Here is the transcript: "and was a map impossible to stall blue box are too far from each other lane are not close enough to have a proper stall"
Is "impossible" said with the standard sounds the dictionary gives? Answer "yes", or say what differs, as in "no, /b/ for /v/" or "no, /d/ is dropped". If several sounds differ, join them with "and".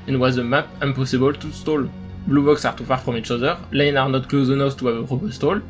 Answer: no, /m/ is dropped